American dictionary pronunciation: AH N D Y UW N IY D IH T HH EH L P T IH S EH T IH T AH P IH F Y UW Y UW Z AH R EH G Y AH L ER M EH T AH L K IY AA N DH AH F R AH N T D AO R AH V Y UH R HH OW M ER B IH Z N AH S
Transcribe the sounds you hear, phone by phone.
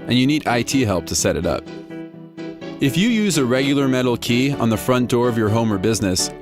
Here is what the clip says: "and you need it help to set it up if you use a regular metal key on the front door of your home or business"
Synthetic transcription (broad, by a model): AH N Y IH N IY D IH T HH EH L P T IH S EH T IH T AH P IH F Y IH Y UW Z AH R EH G Y L ER M EH T L K IY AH N DH AH F R AH N D AO R AH V Y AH R HH OW M ER B IH Z N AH S